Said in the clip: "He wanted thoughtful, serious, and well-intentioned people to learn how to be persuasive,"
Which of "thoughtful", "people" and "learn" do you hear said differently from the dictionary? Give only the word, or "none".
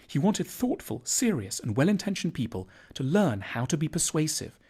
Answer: none